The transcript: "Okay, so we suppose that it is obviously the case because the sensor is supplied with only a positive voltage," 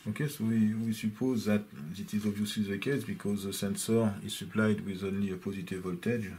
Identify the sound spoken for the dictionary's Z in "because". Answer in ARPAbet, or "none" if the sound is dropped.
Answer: Z